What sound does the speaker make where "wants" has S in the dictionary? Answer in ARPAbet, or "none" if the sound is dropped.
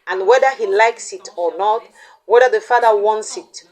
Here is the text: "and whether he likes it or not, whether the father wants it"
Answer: S